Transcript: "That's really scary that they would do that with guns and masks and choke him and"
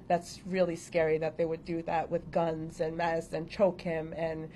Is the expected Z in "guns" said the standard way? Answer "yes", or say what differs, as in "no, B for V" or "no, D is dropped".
yes